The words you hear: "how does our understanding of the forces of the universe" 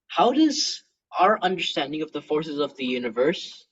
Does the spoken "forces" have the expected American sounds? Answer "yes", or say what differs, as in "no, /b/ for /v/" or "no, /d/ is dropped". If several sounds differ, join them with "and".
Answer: yes